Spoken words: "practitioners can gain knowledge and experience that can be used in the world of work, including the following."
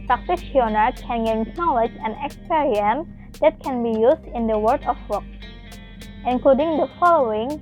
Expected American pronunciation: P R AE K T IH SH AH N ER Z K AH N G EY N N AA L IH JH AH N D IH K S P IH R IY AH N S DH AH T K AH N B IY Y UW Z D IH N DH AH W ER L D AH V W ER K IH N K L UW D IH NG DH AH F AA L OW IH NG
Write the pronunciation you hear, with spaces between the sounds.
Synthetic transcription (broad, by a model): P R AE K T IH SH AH N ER K AH N G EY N N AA L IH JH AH N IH K S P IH R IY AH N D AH T K AH N B IY Y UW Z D IH N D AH W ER D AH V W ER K IH N K L UW D IH NG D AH F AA L OW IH NG